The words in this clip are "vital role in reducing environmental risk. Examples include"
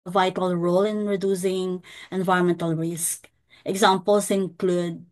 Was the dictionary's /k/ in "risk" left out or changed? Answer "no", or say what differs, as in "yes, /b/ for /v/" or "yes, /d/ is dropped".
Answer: no